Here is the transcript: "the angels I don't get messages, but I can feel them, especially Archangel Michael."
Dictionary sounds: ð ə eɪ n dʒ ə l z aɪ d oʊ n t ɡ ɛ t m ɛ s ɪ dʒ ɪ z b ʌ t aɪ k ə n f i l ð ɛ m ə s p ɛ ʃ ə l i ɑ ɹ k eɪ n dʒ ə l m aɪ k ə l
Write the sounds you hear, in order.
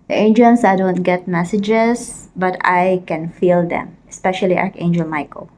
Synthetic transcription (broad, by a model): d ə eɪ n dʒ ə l s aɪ d oʊ n t ɡ ɛ t m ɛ s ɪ dʒ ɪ s b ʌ t aɪ k ə n f i l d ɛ m ə s p ɛ ʃ ə l i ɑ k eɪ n dʒ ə l m aɪ k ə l